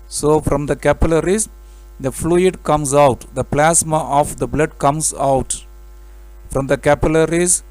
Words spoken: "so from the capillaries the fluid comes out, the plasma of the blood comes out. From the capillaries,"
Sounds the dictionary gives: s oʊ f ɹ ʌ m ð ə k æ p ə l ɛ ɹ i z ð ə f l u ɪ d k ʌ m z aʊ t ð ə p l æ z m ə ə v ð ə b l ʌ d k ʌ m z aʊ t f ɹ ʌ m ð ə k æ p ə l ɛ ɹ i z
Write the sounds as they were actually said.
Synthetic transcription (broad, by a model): s oʊ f ɹ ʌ m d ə k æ p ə l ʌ ɹ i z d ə f l u ɪ d k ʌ m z aʊ t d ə p l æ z m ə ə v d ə b l ʌ d k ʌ m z aʊ t f ɹ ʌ m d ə k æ p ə l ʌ ɹ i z